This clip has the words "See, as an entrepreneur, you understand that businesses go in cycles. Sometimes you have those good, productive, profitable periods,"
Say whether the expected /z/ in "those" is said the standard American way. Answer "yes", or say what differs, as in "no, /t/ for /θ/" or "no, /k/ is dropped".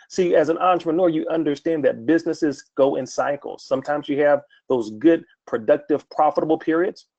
yes